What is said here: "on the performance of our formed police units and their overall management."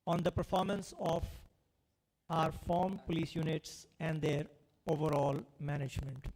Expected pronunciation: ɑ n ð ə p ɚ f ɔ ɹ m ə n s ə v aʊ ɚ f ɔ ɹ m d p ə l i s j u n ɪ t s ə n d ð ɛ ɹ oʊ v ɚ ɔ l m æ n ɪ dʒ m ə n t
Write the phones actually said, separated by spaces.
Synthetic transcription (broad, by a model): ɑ n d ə p ɚ f ɔ ɹ m ə n s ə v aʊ ɚ f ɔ ɹ m p ə l i s j u n ɪ t s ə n d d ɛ ɹ oʊ v ɚ ɔ l m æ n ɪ dʒ m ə n t